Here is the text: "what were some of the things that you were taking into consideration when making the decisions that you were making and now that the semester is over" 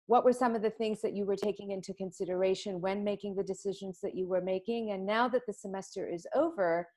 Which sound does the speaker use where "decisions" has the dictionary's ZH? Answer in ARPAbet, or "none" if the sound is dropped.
ZH